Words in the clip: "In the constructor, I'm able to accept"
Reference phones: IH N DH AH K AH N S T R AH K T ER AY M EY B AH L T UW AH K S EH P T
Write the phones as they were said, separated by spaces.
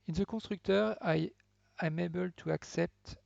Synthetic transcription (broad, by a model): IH N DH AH K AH S T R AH K T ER AY M EY B AH L T UW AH K S EH P T